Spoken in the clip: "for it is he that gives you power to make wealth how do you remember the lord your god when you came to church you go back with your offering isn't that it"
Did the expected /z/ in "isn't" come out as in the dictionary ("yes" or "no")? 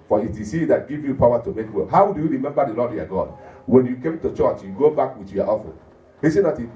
no